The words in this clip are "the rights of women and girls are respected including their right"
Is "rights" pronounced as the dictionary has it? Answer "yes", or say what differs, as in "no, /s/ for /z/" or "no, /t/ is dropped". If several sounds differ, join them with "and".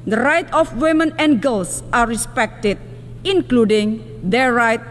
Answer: no, /s/ is dropped